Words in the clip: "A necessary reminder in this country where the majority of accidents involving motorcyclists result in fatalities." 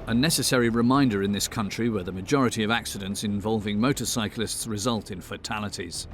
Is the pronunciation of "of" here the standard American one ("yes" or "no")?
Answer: yes